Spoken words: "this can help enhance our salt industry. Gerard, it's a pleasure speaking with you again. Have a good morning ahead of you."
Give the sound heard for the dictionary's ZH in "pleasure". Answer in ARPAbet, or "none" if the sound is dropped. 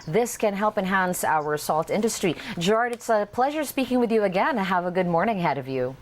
ZH